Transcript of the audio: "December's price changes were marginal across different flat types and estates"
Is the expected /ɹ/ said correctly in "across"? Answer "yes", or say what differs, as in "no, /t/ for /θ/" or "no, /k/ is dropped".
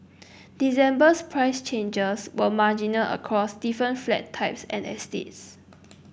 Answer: yes